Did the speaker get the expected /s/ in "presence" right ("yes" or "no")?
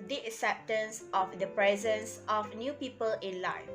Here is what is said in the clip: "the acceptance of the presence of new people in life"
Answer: yes